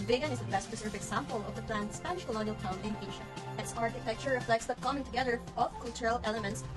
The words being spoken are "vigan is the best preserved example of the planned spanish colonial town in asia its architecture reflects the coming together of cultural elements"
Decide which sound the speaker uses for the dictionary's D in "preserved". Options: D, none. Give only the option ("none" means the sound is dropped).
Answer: none